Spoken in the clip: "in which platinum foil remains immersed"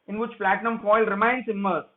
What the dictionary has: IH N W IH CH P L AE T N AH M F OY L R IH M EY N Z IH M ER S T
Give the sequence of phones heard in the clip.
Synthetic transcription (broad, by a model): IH N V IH CH P L AE T N AH M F OY L R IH M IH N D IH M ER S